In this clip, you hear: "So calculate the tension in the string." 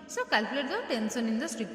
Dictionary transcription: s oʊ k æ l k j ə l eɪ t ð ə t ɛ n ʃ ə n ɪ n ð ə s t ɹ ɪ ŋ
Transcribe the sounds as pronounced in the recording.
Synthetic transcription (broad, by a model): s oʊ k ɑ l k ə l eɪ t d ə t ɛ n s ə n ɪ n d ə s t ɹ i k